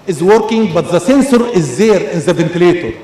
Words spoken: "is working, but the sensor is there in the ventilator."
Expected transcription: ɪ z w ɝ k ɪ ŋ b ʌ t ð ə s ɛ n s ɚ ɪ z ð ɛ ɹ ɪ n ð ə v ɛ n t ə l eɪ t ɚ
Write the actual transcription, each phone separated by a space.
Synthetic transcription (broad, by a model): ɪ z w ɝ k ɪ ŋ b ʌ t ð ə s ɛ n s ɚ ɪ z ð ɛ ɹ ɪ n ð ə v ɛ n t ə l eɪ t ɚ